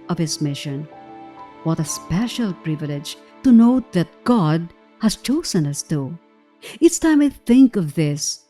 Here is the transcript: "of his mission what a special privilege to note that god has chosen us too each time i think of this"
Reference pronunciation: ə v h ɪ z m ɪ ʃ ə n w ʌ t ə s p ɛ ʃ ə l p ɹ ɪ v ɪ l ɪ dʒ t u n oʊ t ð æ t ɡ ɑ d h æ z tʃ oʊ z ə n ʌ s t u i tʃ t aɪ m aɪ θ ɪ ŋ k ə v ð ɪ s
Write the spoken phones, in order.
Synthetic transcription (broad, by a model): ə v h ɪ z m ɪ ʃ ə n w ʌ t ə s p ɛ ʃ ə l p ɹ ɪ v ɪ l ɪ dʒ t u n oʊ t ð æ t ɡ ɑ d h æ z tʃ oʊ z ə n ʌ s t u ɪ s t aɪ m aɪ θ ɪ ŋ k ə v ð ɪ s